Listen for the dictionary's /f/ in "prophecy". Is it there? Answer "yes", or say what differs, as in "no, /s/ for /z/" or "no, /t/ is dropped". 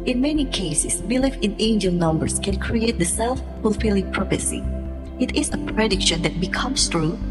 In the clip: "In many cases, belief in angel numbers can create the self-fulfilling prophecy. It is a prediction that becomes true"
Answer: no, /p/ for /f/